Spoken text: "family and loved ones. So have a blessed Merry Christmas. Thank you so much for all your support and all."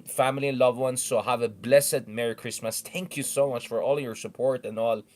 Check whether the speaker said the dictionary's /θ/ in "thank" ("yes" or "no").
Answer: no